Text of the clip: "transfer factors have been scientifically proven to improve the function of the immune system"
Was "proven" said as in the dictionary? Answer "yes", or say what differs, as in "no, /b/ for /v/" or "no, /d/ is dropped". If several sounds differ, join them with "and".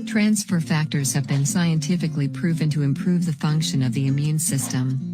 yes